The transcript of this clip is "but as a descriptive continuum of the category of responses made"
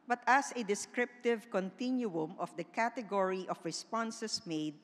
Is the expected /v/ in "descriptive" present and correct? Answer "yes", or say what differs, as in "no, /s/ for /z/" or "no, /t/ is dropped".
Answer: yes